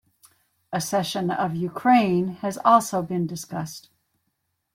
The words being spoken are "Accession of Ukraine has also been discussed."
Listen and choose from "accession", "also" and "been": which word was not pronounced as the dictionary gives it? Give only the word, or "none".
accession